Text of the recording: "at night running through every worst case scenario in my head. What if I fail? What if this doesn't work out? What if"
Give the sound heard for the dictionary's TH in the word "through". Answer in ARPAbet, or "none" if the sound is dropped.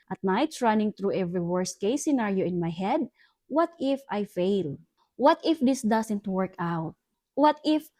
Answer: T